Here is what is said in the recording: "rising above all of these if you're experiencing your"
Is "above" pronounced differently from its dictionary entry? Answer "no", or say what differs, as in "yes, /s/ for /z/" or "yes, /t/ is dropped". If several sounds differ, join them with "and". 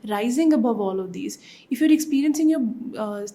no